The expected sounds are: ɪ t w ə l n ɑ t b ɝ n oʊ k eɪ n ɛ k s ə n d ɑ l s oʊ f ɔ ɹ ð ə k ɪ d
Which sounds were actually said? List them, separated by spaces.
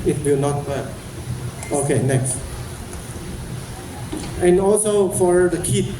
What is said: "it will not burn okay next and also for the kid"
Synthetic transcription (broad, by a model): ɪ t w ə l n ɑ t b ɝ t oʊ k eɪ n ɛ k s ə n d ɑ l s oʊ f ɔ ɹ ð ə k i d